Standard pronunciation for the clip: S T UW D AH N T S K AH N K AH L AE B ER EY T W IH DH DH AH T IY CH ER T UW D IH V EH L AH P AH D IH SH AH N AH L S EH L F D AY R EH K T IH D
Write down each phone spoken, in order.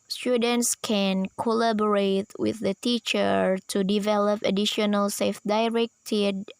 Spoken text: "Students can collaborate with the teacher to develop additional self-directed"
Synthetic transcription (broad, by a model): S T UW D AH N T S K AH N K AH L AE B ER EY T W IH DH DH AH T IY CH ER T UW D IH V EH L AH P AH D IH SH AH N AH L S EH F D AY R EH K T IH D